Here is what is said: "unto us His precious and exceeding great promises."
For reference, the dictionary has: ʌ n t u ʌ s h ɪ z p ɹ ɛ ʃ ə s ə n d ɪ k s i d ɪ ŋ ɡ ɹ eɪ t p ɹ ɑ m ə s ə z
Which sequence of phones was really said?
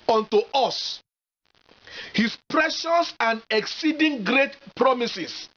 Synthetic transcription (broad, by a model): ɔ n t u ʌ s h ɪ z p ɹ ɛ ʃ ə s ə n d ɪ k s i d ɪ ŋ ɡ ɹ eɪ t p ɹ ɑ m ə s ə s